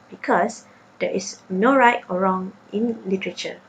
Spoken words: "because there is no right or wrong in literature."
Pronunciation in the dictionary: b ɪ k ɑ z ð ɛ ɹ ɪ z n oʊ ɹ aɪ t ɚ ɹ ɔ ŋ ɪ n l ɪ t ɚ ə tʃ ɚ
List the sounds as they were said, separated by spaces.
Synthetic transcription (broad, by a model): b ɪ k ɑ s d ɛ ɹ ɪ s n oʊ ɹ aɪ t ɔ ɹ ɔ ŋ ɪ n l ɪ t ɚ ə tʃ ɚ